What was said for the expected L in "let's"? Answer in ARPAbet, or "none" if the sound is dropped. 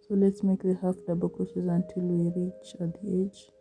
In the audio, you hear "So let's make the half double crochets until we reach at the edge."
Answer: L